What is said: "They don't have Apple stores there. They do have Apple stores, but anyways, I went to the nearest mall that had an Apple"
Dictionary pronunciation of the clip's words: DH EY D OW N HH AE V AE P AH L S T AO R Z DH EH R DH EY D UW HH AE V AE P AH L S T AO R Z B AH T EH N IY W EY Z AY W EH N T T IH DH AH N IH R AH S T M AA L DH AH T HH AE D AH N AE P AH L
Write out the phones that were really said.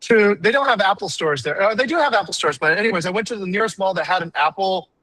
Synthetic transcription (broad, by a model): DH EY D OW N HH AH V AE P L S T AO R Z DH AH R DH EY D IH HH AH V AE P L S T AO R Z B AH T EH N IY W EY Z AY W EH N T T IH DH AH N IH R AH S T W AA L DH AH T HH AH D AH N AE P L